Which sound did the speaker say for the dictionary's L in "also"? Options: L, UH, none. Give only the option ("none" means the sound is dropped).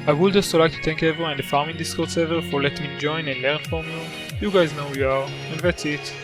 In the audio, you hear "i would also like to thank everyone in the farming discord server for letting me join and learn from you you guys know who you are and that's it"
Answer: none